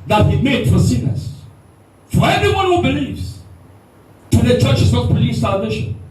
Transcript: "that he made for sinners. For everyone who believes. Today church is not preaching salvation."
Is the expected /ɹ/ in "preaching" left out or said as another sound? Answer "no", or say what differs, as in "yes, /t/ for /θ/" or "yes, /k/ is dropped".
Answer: yes, /ɹ/ is dropped